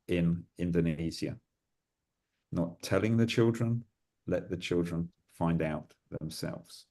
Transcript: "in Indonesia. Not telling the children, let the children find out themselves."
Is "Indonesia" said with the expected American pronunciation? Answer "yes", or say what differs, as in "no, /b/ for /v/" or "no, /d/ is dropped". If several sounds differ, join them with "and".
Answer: no, /z/ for /ʒ/